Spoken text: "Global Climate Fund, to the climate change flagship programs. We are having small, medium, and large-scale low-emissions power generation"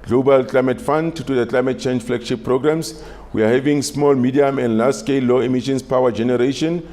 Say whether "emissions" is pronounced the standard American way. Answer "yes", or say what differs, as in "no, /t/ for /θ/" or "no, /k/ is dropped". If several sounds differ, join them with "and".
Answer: no, /s/ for /z/